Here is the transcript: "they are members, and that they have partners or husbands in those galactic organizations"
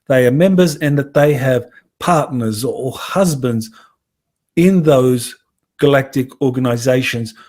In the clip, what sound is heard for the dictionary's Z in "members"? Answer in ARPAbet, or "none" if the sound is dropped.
Z